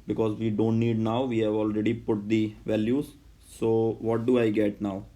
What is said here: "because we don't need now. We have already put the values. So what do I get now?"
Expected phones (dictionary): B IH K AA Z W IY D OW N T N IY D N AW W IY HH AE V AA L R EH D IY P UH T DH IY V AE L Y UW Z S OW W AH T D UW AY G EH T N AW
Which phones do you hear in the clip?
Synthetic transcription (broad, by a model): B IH K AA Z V IY D OW N T N IY D N AW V IY HH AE V AA L R EH D IY P UH T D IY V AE L Y UW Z S OW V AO T D UW AY G EH T N AW